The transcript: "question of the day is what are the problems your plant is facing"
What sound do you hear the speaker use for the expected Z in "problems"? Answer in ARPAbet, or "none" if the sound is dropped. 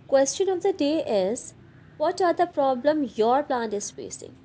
none